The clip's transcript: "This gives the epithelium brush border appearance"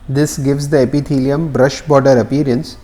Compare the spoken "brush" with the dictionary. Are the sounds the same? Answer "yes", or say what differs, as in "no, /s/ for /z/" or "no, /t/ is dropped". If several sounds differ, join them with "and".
yes